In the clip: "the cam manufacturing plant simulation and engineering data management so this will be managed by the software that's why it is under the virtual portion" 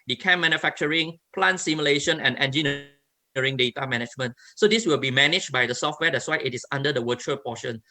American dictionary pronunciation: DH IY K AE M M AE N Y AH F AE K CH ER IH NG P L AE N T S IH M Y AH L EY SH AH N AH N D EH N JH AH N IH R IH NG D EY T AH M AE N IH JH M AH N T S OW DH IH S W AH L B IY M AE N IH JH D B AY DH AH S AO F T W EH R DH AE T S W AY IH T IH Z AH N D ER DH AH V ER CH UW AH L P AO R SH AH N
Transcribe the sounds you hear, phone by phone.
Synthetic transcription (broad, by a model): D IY K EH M M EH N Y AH F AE K CH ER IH NG P L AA N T S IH M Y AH L EY SH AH N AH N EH N JH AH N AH R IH NG D EY T AH M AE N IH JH M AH N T S OW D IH S W AH L B IY M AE N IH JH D B AY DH AH S AO F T W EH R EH T S W AY IH T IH S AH N D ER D AH W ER CH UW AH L P AO SH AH N